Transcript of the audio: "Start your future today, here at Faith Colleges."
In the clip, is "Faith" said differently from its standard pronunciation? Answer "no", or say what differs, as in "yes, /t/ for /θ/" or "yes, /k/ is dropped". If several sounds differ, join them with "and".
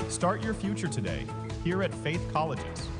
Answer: no